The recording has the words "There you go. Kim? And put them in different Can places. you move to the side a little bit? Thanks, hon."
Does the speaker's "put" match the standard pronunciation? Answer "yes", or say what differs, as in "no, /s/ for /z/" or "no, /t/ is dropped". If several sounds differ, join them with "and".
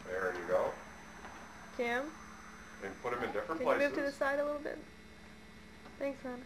yes